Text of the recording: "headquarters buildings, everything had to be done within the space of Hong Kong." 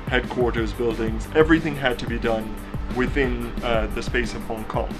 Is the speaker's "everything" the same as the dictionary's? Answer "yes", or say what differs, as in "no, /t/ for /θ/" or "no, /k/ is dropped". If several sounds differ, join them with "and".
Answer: yes